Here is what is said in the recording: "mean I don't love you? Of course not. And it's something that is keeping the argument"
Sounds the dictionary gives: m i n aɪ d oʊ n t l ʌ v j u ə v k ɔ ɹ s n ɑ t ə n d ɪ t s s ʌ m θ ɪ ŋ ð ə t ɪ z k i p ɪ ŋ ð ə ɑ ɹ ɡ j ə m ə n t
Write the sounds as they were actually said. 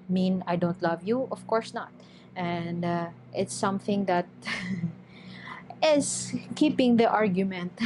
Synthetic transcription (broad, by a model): m i n aɪ d oʊ n t l ʌ v j u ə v k ɔ ɹ s n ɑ t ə n d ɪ t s s ʌ m θ ɪ ŋ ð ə t ɪ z k i p ɪ ŋ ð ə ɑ ɹ ɡ j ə m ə n t